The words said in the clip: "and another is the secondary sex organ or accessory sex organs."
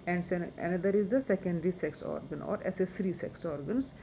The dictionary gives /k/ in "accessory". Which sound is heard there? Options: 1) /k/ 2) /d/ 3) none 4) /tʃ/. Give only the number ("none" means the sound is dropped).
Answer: 3